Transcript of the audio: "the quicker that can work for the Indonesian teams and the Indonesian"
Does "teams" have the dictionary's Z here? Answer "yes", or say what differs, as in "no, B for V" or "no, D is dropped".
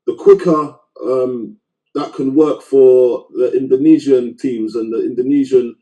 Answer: yes